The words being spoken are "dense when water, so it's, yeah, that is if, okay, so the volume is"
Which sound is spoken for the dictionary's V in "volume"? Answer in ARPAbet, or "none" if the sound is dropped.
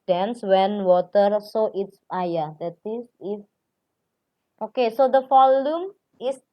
F